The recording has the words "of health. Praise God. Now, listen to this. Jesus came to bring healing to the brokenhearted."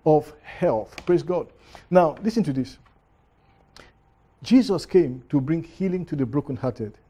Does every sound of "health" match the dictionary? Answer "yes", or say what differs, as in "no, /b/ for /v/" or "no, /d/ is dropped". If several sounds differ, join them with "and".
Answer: yes